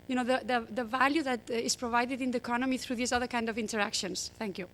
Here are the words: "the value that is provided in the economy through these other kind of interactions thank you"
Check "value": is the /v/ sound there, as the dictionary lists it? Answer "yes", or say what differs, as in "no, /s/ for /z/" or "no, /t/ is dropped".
yes